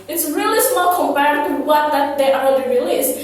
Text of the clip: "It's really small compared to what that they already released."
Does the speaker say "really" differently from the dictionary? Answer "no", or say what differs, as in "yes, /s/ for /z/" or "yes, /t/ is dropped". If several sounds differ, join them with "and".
no